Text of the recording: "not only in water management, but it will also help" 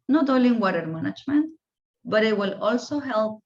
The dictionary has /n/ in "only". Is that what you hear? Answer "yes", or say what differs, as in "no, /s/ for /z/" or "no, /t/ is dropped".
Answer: no, /n/ is dropped